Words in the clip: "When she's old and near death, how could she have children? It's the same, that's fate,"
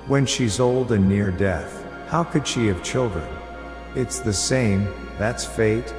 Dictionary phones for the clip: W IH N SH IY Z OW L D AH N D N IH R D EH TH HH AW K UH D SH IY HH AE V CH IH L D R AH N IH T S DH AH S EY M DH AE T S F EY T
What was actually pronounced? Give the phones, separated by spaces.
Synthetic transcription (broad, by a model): W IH N SH IY Z OW L D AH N N IH R D EH TH HH AW K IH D SH IY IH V CH IH L D R AH N IH T S DH AH S EY M DH AE T S F EY T